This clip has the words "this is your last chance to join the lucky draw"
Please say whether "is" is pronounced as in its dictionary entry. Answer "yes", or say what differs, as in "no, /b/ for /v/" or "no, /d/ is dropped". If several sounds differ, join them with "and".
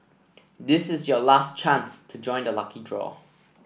yes